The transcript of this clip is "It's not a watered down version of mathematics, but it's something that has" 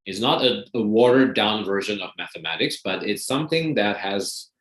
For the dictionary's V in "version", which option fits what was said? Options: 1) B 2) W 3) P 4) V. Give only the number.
4